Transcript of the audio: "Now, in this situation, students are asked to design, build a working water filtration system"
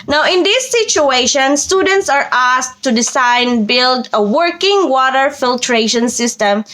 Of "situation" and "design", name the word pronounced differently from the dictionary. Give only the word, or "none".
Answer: design